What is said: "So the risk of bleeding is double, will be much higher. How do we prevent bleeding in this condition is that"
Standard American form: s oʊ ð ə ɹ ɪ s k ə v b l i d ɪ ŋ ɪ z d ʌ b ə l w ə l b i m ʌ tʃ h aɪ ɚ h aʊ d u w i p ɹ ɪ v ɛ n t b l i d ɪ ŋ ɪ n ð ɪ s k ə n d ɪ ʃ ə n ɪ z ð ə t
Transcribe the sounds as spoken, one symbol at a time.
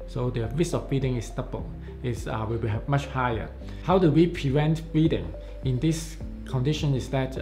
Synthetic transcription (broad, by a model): s oʊ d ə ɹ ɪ s ə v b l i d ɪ ŋ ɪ s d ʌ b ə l w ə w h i m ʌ tʃ h aɪ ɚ h aʊ d u w i p ɹ ɪ v ɛ n t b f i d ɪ ŋ ɪ n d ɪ s k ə n d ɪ ʃ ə n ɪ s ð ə t